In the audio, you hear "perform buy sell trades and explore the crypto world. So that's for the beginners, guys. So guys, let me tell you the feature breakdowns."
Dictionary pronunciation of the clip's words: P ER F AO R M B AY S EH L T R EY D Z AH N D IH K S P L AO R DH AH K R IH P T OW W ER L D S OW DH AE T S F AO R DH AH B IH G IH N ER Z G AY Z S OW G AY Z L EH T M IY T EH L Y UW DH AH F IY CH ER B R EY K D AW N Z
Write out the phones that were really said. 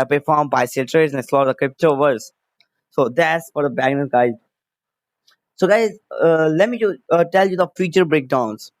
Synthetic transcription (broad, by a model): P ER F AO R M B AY S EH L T R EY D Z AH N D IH S L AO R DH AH K R IH P T OW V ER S S OW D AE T S F AO R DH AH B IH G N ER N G AY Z S OW G AY Z L EH T M IY T EH L Y UW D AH F IY CH ER B R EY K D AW N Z